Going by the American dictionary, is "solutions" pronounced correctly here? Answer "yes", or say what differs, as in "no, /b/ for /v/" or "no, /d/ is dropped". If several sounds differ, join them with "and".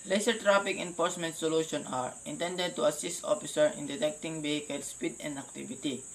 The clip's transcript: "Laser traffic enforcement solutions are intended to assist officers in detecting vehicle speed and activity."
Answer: no, /z/ is dropped